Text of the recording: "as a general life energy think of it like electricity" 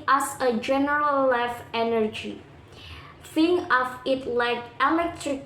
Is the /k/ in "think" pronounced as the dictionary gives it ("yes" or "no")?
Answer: no